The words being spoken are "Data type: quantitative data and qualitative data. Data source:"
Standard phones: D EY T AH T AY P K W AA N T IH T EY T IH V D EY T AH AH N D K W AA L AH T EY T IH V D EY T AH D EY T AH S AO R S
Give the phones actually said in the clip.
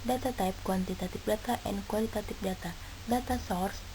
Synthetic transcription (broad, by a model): D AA T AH T AY P K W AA N T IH T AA T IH P D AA T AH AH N K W AA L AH T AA T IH P D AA T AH D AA T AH S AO R S